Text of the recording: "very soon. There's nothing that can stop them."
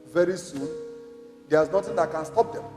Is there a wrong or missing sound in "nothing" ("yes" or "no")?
yes